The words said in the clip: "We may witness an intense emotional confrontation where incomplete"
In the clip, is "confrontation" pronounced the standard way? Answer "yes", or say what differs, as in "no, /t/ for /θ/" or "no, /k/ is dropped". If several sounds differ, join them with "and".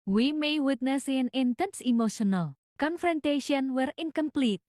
yes